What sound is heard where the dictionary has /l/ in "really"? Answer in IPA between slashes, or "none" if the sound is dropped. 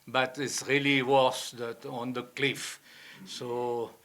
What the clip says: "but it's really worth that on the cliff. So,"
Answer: /l/